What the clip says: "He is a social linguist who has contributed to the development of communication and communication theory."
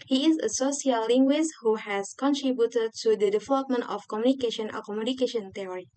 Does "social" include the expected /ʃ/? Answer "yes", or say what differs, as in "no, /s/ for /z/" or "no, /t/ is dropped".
no, /s/ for /ʃ/